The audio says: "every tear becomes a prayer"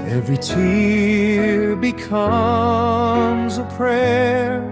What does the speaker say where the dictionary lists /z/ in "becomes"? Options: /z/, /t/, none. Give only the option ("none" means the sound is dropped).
/z/